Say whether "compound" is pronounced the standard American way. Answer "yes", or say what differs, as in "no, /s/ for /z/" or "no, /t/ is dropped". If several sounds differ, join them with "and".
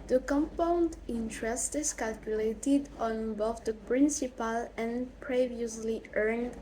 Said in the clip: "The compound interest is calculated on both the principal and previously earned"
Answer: yes